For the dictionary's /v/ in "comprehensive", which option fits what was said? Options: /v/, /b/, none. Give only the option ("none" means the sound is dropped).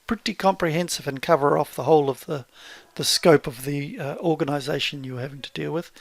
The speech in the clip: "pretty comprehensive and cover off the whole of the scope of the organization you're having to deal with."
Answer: /v/